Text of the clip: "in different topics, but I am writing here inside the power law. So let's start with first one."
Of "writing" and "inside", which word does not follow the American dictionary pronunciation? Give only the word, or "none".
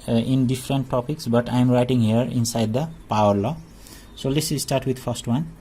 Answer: none